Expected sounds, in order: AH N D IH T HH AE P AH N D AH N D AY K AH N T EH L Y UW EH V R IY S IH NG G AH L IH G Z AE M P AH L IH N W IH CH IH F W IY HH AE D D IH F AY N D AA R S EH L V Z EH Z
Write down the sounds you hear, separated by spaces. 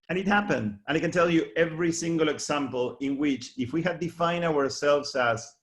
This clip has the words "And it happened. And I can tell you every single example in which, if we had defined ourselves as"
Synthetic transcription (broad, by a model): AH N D IH T HH AE P AH N D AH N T K N T EH L Y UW EH V R IY S IH NG G AH L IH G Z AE M P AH L IH N W IH CH IH F W IY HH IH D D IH F AY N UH AA R S EH L V Z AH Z